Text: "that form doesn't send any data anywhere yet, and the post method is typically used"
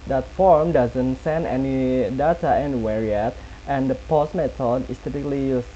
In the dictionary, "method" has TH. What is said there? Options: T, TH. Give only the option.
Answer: T